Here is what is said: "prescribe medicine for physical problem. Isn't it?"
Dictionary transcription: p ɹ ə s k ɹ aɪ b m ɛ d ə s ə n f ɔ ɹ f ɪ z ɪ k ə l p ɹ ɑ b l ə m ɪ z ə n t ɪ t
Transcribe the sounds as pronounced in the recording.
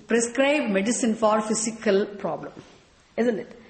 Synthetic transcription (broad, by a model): p ɹ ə s k ɹ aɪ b m ɛ d ə s ə n f ɔ ɹ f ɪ s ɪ k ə l p ɹ ɑ b l ə m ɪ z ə n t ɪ t